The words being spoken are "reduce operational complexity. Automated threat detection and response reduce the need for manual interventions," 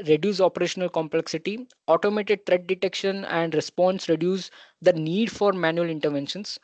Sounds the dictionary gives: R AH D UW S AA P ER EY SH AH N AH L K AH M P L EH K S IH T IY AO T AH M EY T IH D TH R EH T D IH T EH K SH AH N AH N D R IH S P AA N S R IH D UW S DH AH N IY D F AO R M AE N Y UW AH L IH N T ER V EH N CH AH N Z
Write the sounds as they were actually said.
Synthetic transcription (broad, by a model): R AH D UW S AA P ER EY SH AH N AH L K AH M P L EH K S IH T IY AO T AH M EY T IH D T R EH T D IH T EH K SH AH N AH N D R IH S P AA N S R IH D UW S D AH N IY D F AO R M AE N Y UW AH L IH N T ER V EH N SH AH N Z